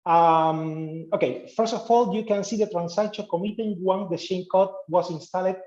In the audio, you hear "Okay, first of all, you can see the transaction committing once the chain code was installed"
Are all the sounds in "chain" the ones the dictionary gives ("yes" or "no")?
no